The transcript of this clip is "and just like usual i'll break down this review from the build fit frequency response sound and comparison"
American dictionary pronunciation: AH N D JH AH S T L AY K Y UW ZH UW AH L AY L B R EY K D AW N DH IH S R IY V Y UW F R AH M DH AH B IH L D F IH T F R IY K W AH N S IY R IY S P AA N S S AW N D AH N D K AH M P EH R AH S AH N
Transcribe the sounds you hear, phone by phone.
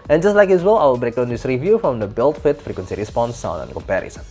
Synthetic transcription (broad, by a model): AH N JH AH S T L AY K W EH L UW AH W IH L B R EY K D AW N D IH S R IY V Y UW F R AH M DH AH B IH L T F IH T F R IY K W AH N S IY R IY S P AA N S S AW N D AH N K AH M P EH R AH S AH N